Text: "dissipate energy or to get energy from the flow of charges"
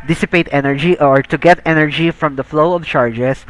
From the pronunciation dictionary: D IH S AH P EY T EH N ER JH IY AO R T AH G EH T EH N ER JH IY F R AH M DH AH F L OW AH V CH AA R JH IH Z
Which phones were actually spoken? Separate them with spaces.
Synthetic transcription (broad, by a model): D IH S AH P EY T EH N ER JH IY AO R T AH G EH T EH N ER JH IY F R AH M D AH F L OW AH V CH AA R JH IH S